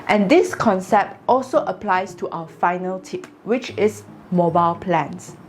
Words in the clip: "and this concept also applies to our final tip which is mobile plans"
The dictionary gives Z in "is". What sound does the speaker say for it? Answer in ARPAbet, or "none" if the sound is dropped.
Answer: S